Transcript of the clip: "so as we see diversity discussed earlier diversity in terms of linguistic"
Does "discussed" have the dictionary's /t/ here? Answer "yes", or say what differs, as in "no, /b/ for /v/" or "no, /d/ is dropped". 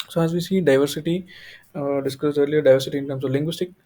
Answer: no, /t/ is dropped